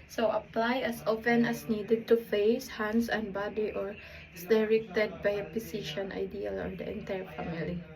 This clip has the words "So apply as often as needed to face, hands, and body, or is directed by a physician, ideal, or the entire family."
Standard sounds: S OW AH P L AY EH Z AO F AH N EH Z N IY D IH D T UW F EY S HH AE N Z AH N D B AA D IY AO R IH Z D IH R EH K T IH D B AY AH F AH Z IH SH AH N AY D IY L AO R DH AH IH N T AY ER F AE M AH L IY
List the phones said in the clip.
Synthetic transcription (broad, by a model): S OW AH P L AY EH S AO F AH N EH S N IY D IH D T UW F EY S HH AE N S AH N B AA D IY AO R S D IH R EH K T IH D B AY AH P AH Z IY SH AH N AY D IY L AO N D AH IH N T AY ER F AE M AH L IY